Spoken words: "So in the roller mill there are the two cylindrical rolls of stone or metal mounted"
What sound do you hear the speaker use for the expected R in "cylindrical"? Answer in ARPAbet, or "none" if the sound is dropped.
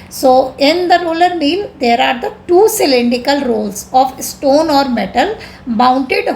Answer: none